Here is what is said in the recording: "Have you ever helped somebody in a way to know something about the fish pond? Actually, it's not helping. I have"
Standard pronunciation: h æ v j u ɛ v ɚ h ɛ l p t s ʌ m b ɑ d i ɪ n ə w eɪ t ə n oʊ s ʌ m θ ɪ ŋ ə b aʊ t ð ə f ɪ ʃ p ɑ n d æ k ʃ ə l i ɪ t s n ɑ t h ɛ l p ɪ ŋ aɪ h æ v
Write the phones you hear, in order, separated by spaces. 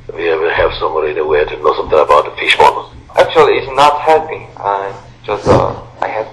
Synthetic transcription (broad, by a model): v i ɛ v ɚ h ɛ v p s ʌ m b ɑ d i ɪ n ə w eɪ t ə n oʊ s ʌ m θ ɪ ŋ ə b aʊ t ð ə f ɪ ʃ b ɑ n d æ k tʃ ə l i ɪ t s n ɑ t h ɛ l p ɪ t aɪ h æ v